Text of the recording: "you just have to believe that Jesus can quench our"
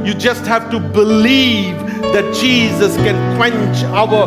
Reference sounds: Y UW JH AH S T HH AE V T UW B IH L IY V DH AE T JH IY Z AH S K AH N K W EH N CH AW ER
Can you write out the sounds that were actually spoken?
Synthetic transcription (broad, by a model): Y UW JH AH S T HH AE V T UW B IH L IY V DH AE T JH IY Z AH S K AH N K W EH N CH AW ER